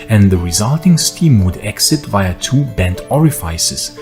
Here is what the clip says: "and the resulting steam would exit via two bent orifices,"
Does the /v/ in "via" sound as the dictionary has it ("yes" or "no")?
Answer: yes